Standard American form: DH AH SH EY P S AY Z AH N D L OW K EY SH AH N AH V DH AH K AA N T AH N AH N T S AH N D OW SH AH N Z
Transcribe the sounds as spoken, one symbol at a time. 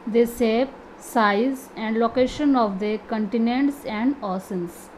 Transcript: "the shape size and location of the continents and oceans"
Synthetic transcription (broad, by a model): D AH S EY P S AY Z AH N D L OW K EY SH AH N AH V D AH K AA N T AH N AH N T S AH N D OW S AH N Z